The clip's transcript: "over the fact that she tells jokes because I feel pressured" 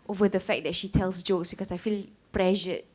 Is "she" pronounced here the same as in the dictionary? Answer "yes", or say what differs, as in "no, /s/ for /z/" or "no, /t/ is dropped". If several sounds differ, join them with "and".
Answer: yes